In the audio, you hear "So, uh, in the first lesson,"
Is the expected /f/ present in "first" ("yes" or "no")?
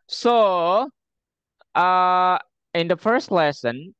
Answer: yes